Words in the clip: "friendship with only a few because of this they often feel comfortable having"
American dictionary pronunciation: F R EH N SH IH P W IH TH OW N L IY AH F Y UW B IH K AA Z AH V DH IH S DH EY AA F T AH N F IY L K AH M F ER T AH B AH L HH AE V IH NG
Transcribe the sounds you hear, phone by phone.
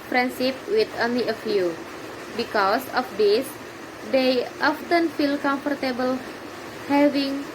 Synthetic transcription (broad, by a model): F R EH N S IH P W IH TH OW N L IY AH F Y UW B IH K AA S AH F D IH S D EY AA F T AH N F IY L K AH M F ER T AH B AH L HH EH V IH NG